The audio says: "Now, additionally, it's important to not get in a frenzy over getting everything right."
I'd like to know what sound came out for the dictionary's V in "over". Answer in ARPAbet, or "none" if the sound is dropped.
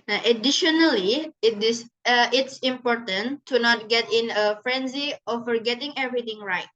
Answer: F